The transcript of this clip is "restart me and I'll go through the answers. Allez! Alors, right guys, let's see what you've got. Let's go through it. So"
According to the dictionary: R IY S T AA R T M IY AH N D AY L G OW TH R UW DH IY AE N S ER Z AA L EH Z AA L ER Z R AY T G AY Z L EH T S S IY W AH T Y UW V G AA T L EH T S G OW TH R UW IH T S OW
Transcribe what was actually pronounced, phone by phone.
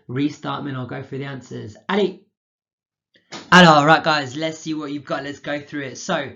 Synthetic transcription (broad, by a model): R IY S T AA T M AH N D AY L G OW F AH DH IY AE N S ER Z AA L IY AA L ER R AY T G AY Z L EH T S S IY W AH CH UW V G AA T L EH T S G OW TH R UW IH T S OW